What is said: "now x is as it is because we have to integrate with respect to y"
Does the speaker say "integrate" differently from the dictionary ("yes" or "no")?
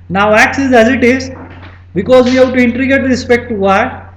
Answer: yes